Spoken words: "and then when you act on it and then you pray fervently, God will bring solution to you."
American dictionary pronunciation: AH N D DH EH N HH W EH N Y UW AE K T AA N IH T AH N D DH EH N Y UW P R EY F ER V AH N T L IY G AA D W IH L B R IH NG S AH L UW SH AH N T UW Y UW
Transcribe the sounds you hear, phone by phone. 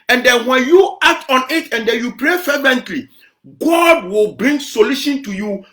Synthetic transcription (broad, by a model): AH N D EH N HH W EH N Y UW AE K T AA N IH T AH N D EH N Y UW P R EY F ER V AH N T L IY G AA D W IH L B R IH NG S AH L UW SH AH N T UW Y UW